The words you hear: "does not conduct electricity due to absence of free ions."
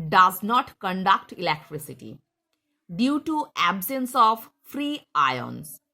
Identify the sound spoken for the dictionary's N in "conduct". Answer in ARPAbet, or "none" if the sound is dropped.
N